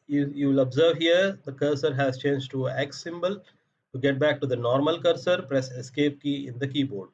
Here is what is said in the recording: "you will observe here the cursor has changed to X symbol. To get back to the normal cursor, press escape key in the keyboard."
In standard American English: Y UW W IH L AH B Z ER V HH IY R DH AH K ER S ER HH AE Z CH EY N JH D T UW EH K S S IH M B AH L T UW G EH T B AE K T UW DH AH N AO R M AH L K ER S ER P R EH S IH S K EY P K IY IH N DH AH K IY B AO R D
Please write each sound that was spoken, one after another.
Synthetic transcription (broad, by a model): Y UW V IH L AH B Z ER V HH IY R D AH K ER S ER HH AE Z CH EY N JH T UW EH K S S IH M B AH L T UW G EH T B AE K T UW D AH N AO R M AH L K ER S ER P R EH S IH S K EY P K IY IH N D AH K IY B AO R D